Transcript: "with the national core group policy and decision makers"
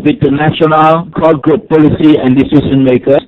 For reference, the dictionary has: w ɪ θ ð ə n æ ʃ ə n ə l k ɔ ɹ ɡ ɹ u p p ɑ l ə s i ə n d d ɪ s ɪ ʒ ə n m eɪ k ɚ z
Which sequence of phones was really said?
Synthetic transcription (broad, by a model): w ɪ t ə n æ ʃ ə n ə l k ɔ l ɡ ɹ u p p ɑ l ə s i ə n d d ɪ s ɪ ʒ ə n m eɪ k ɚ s